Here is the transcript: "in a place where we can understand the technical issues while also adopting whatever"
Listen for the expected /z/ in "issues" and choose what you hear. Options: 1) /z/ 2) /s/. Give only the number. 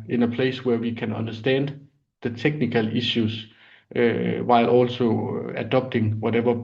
2